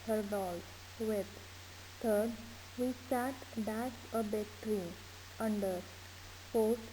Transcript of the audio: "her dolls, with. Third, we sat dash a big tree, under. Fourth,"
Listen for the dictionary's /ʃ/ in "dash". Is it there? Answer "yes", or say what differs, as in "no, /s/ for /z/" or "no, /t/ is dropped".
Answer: no, /s/ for /ʃ/